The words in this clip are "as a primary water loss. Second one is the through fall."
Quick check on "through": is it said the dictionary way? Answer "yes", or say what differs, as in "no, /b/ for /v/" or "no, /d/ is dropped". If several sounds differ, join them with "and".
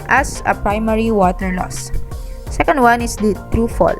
no, /t/ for /θ/